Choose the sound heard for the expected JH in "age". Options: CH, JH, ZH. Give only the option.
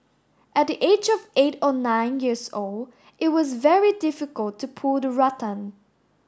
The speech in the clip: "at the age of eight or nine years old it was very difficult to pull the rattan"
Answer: JH